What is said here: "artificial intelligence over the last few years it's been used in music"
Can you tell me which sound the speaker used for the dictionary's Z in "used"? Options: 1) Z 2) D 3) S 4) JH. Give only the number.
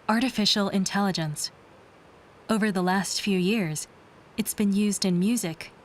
1